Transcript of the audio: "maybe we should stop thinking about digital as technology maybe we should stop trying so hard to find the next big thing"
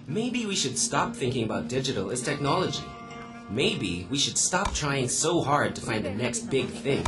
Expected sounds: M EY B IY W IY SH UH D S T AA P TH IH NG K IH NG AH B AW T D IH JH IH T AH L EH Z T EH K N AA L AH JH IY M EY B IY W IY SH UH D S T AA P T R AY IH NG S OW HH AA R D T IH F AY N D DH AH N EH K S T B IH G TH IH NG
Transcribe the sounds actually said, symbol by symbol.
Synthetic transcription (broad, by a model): M EY B IY W IY SH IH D S T AA P TH IH NG K IH NG AH B AW T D IH JH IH T L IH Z T EH K N AA L AH JH IY M EY B IY W IY SH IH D S T AA P T R AY IH NG S OW HH AA R D T IH F AY N DH AH N EH K S T B IH G TH IH NG